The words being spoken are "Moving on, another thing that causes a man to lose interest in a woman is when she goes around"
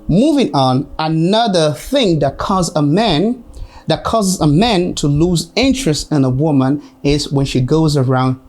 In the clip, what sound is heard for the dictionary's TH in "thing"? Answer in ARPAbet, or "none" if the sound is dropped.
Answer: TH